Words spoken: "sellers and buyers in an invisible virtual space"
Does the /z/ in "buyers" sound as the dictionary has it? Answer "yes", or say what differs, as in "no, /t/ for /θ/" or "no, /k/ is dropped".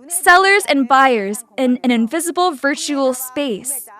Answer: yes